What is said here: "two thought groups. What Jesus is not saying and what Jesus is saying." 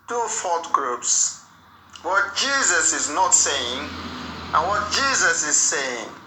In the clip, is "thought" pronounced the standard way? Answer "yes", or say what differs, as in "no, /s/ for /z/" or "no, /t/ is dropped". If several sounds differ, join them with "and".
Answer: no, /f/ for /θ/